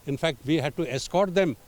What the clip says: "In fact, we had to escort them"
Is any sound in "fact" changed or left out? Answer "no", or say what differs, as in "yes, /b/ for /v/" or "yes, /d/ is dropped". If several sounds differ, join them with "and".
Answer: no